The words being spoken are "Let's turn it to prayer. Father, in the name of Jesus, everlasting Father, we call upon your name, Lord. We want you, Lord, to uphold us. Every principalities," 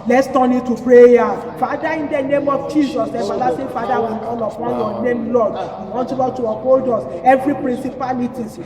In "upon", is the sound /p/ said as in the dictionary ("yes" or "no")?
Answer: no